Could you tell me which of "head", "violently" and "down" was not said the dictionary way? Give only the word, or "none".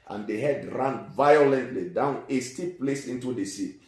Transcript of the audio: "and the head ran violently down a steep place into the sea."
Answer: none